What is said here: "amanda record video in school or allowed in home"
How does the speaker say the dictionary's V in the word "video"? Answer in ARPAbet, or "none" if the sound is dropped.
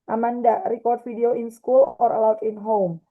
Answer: F